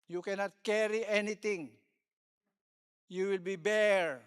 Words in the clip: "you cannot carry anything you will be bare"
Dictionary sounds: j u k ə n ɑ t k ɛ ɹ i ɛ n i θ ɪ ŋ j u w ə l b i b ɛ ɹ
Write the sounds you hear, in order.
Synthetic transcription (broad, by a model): j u k ə n ɑ t k ɛ ɹ i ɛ n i t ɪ ŋ j u w ə l b i b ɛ ɹ